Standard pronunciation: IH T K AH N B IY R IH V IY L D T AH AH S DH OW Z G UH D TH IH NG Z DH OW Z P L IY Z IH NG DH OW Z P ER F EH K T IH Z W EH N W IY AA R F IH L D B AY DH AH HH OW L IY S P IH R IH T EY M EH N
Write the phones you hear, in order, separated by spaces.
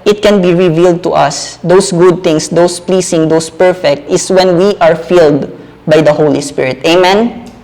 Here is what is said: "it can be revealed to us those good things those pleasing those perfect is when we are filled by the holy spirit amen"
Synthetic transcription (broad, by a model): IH T K AH N B IY R IH V IY L D T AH AH S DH OW S G UH D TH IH NG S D OW S P L IY S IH NG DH OW S P ER F EH K T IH S W EH N W IY AA R F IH L D B AY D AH HH OW L IY S P IH R IH T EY M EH N